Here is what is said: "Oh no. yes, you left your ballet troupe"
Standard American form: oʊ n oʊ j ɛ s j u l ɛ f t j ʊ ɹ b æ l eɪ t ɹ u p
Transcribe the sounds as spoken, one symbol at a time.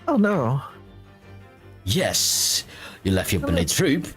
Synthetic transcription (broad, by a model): oʊ n oʊ j ɛ s j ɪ l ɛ f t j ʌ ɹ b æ n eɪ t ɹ u p